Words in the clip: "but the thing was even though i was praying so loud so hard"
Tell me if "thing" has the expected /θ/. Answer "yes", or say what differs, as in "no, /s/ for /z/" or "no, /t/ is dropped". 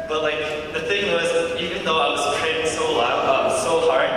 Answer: yes